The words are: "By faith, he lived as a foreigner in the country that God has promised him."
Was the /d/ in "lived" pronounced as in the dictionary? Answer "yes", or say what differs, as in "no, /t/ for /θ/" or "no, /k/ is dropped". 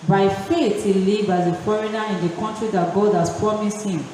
no, /d/ is dropped